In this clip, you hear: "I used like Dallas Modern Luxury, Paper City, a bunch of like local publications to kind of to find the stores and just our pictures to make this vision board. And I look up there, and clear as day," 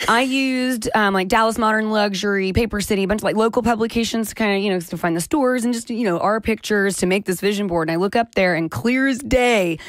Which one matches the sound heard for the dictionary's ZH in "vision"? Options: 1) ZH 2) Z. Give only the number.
1